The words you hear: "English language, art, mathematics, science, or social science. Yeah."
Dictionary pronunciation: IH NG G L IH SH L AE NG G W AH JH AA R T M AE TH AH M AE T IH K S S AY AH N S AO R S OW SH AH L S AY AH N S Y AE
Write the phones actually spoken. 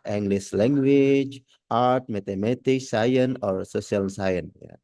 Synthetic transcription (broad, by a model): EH NG G L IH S L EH NG G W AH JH AA R T M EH T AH M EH T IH K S S AY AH N AO R S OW S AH L S AY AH N Y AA